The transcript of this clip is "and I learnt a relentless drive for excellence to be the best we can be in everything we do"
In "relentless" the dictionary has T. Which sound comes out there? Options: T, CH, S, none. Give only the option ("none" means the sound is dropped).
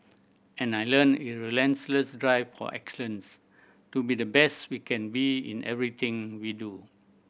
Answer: S